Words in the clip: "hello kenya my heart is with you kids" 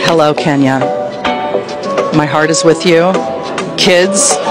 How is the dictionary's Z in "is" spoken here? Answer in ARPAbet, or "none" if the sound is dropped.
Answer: Z